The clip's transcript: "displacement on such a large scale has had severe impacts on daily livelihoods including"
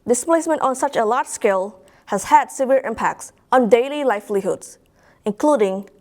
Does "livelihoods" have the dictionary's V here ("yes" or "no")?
no